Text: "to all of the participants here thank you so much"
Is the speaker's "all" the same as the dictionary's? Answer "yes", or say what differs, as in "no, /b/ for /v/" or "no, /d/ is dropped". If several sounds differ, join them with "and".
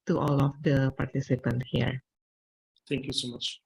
yes